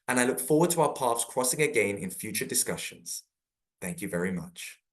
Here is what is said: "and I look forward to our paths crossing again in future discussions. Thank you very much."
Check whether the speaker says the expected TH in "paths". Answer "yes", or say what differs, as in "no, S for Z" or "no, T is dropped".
no, F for TH